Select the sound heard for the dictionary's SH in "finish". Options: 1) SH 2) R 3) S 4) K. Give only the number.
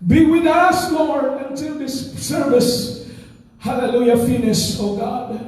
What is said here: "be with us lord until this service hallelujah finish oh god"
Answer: 3